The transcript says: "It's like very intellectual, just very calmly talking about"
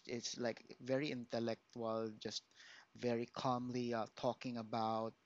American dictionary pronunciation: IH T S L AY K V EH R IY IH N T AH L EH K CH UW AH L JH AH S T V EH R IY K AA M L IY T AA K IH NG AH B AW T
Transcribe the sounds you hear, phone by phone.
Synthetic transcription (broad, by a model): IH T S L AY K V EH R IY IH N T AH L EH K CH UW AH L JH AH S T V EH R IY K AA M L IY T AA K IH NG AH B AW T